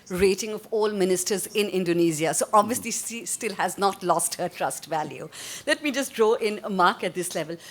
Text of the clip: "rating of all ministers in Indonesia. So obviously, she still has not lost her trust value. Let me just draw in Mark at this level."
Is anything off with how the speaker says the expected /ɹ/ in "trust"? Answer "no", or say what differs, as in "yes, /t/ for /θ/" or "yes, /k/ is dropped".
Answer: no